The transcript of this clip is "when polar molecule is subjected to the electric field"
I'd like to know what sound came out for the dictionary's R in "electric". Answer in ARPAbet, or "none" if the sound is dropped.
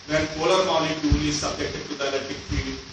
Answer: none